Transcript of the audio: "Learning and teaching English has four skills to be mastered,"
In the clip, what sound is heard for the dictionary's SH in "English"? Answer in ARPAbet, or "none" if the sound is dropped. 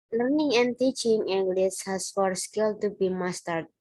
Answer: S